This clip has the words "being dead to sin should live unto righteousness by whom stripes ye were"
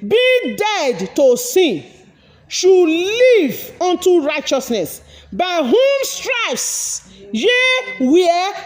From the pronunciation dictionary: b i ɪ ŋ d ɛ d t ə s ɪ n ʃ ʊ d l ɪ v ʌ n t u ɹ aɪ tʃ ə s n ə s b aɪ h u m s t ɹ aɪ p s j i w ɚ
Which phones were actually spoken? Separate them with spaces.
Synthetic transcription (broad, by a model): b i d ɛ d t ə s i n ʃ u l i v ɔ n t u ɹ aɪ tʃ ə s n ə s b aɪ h u m s t ɹ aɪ f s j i w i